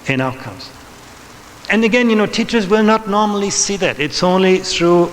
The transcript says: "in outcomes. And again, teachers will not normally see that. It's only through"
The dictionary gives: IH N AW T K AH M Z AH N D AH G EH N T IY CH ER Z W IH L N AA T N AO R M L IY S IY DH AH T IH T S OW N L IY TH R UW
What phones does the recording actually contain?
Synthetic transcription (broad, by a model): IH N AW T K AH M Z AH N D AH G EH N T IY CH ER Z W IH L N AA T N AO R M L IY S IY DH AH T IH T S OW N L IY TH R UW